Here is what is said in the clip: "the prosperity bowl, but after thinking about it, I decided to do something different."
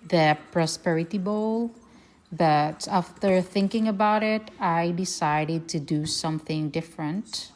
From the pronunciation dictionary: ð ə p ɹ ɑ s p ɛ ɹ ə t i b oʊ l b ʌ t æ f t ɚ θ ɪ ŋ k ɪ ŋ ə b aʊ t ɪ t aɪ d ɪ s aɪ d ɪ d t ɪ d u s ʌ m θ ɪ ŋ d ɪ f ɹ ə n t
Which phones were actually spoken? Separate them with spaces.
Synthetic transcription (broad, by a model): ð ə p ɹ ɑ s p ɛ ɹ ə t i b oʊ l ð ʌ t æ f t ɚ θ ɪ ŋ k ɪ ŋ ə b aʊ t ɪ t aɪ d ɪ s aɪ d ɪ d t ɪ d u s ʌ m θ ɪ ŋ d ɪ f ɹ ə n t